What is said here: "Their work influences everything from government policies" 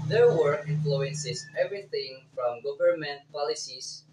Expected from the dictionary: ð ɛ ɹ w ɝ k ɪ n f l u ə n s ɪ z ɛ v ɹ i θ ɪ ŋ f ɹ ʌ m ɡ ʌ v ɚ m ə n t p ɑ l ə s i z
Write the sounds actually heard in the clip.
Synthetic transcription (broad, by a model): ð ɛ ɹ w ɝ ɪ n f l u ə n s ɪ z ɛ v ɹ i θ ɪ ŋ f ɹ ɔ m ɡ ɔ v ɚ m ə n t p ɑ l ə s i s